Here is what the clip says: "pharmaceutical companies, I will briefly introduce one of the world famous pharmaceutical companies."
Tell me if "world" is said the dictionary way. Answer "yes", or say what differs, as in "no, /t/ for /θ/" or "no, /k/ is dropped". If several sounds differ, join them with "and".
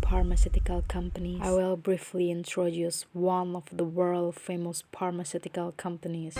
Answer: yes